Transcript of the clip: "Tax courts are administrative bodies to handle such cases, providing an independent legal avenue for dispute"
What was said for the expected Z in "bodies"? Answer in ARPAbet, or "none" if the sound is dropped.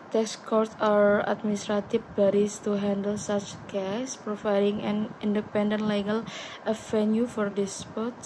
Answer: S